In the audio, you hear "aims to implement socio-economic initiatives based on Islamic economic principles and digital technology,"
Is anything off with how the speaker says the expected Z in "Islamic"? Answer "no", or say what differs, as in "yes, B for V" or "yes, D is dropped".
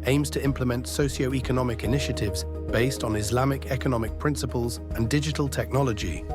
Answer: no